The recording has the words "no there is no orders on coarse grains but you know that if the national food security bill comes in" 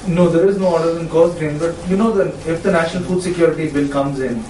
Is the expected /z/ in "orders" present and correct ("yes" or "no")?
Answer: no